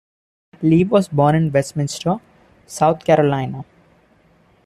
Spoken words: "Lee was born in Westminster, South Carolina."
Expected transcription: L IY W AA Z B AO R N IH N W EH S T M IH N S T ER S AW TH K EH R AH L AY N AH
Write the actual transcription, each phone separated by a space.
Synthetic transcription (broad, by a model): L IY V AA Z B AO R N IH N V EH S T M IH N S T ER S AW T K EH R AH L AY N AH